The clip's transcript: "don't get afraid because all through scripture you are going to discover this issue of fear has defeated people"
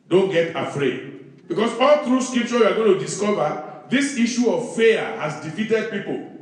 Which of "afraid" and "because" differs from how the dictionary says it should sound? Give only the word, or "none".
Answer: because